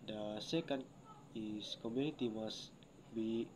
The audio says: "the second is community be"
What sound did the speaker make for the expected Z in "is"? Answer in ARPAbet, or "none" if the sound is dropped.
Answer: S